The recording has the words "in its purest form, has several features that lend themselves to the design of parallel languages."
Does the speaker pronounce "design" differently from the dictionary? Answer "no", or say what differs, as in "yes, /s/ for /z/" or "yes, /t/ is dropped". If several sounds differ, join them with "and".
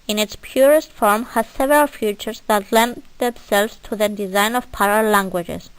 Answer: no